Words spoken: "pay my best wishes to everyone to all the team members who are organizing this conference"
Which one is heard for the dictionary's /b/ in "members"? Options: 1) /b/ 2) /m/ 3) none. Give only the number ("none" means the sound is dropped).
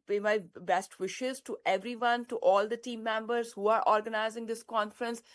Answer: 1